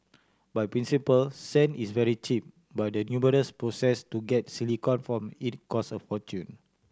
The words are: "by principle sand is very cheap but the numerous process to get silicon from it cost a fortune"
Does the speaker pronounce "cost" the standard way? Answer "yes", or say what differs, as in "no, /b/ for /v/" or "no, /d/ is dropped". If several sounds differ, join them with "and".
no, /t/ is dropped